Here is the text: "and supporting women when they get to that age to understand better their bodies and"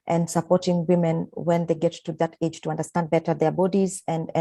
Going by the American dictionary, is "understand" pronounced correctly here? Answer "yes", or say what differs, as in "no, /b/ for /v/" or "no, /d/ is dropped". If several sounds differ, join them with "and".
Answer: yes